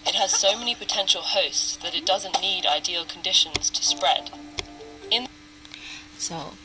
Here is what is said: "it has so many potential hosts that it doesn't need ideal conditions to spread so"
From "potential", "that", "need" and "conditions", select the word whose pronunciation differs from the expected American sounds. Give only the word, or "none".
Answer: none